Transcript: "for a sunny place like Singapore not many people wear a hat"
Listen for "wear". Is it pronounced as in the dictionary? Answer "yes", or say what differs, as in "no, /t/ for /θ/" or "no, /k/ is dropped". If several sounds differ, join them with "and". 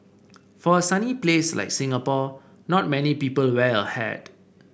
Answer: no, /l/ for /ɹ/